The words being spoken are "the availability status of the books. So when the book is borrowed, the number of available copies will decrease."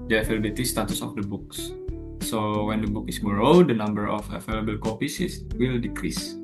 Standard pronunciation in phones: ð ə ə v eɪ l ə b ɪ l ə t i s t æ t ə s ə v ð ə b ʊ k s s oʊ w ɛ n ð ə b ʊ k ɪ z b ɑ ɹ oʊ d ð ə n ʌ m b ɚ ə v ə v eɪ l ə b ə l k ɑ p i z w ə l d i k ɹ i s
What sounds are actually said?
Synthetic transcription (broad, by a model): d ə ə f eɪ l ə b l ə t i s t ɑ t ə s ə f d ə b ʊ k s s oʊ w ɛ n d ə b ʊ k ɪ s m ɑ ɹ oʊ d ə n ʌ m b ɚ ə f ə f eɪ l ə b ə l k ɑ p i s w ə l d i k ɹ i s